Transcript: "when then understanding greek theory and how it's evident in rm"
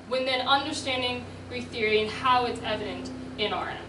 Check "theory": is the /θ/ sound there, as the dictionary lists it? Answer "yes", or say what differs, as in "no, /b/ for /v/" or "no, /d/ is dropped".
yes